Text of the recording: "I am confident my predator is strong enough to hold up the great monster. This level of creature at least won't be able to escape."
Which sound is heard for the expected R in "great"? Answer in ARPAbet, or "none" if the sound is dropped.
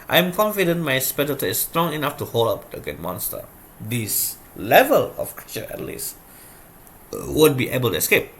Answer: none